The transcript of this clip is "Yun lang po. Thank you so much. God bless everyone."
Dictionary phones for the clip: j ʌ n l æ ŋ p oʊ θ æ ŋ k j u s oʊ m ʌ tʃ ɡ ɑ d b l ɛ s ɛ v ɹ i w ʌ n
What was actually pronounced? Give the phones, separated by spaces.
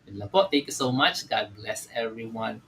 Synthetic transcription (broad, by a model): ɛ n l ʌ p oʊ t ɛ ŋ k j u s oʊ m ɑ tʃ ɡ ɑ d b l ɛ s ɛ v ɹ i w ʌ n